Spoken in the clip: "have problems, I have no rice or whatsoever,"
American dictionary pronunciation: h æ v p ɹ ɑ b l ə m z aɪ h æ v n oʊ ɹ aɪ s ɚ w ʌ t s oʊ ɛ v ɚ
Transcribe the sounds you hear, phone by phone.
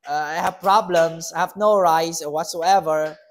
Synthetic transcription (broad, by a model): h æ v p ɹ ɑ b l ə m s aɪ h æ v n oʊ ɹ aɪ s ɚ w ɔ t s oʊ ɛ v ɚ